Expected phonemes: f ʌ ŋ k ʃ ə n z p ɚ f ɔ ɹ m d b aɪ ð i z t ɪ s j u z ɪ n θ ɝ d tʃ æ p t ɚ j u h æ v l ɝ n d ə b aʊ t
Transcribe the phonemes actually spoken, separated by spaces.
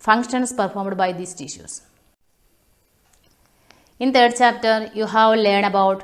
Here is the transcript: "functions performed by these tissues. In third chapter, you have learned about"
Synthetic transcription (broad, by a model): f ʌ ŋ k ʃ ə n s p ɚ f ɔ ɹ m d b aɪ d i s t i ʃ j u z ɪ n t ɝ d tʃ æ p t ɚ j u h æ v l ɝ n ə b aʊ t